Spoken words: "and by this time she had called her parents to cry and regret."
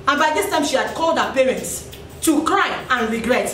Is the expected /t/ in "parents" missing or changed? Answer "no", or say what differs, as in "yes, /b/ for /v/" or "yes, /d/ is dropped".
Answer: no